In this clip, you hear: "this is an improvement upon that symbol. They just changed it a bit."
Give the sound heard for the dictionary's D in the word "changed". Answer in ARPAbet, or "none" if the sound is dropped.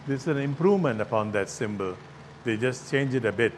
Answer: none